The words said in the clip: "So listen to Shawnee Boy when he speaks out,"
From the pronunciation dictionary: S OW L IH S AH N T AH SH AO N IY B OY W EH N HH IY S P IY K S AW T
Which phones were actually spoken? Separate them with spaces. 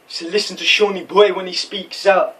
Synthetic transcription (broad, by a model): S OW L IH S AH N T AH SH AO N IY B OY W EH N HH IY S P IY K S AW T